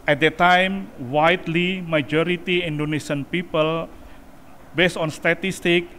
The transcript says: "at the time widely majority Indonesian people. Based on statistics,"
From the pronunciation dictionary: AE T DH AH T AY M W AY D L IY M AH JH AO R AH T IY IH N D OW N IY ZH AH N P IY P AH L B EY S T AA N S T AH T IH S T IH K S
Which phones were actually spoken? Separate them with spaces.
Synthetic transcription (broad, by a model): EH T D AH T AY M W AY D L IY M AH JH AO R AH T IY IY N D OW N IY S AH N P IY P AH L B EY S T AA N S T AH T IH S T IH K